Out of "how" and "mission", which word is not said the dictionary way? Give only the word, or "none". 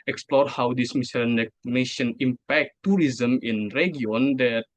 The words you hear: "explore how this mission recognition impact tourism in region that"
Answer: mission